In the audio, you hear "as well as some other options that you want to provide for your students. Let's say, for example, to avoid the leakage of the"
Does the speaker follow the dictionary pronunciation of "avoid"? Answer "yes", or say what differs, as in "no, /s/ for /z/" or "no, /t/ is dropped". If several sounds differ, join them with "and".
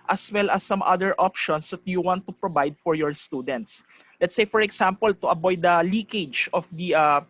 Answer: no, /b/ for /v/